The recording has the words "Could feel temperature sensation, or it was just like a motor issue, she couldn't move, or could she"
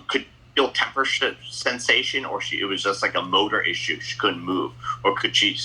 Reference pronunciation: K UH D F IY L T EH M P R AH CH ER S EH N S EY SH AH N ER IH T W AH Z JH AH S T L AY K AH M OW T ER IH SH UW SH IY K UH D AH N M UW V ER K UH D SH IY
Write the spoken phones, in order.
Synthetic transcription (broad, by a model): K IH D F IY L T EH M P R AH SH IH S EH N S EY SH AH N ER IH T W AH Z JH AH S T L AY K AH M OW T ER IH SH UW SH IY K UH D N M UW V ER K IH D SH IY